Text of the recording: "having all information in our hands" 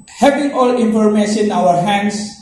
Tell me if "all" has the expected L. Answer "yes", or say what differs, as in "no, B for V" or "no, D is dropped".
yes